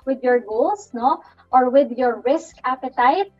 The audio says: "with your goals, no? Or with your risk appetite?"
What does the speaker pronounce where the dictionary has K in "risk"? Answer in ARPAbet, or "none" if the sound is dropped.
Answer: K